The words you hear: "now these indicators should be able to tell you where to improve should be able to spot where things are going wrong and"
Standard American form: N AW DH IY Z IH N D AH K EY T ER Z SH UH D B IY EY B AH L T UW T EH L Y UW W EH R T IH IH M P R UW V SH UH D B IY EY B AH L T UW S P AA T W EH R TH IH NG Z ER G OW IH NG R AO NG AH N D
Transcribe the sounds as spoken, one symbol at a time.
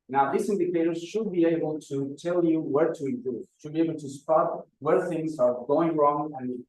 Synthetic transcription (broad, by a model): N AW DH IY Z IH N D AH K EY T ER Z SH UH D B IY EY B AH L T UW T EH L Y UW W EH R T IH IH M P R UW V SH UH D B IY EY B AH L T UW S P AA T W EH R TH IH NG Z ER G OW IH NG R AO NG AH N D